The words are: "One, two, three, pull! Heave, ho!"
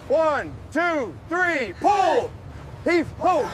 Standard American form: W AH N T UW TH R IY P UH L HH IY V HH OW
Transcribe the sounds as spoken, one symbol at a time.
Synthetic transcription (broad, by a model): W AH N T UW TH R IY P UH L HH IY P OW